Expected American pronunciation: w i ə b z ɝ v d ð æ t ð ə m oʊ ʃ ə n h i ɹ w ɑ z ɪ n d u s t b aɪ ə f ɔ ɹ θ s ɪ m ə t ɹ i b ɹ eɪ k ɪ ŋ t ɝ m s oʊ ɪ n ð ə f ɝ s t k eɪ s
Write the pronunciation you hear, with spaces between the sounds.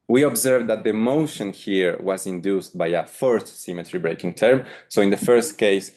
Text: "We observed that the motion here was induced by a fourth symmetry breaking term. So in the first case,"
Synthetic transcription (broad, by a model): w i ə b z ɝ v d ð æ t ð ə m oʊ ʃ ə n h i ɹ w ɑ z ɪ n d u s t b aɪ ə f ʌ ɹ t s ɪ m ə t ɹ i b ɹ eɪ k ɪ ŋ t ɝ m s oʊ ɪ n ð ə f ɝ s t k eɪ s